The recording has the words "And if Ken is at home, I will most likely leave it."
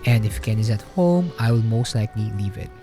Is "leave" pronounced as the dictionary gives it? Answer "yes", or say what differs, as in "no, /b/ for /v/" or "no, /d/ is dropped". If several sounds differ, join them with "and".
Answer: yes